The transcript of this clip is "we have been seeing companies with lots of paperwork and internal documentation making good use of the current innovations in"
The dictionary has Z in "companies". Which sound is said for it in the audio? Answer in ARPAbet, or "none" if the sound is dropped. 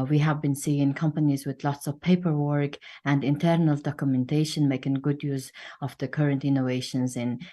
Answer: Z